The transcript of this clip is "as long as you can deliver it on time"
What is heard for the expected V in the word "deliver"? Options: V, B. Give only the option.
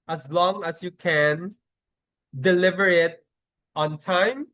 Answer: V